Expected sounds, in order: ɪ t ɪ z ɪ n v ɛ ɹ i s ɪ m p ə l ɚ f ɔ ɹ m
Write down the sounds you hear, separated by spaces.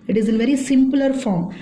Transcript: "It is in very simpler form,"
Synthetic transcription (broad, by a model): ɪ t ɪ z ɪ n v ɛ ɹ i s ɪ m p ə l ɚ f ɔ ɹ m